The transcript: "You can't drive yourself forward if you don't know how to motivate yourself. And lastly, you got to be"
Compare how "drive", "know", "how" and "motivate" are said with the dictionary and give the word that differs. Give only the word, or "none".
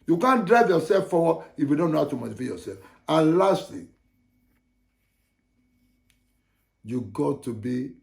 motivate